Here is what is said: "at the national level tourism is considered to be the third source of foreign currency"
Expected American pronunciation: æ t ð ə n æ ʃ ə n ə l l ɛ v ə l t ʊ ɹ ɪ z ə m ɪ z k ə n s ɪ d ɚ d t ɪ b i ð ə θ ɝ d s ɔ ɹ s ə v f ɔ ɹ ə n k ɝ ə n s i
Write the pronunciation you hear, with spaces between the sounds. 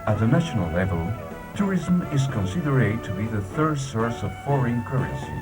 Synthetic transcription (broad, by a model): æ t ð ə n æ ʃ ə n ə l l ɛ v ə l t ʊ ɹ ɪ z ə m ɪ z k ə n s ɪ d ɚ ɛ t ɪ b i ð ə θ ɝ d s ɔ ɹ s ə v f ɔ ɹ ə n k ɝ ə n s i